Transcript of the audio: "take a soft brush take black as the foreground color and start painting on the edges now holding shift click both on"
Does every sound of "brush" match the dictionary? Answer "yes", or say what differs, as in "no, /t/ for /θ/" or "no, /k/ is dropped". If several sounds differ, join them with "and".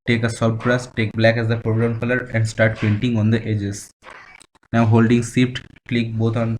no, /s/ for /ʃ/